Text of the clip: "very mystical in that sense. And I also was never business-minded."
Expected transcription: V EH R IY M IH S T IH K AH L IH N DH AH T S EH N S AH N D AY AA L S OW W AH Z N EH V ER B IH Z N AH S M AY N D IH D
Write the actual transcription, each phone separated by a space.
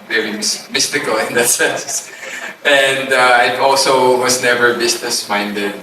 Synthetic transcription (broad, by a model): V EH R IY M IH S T IH K AH L IH N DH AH T S EH N S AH N D AY AA L S OW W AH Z N EH V ER B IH S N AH S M AY N D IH D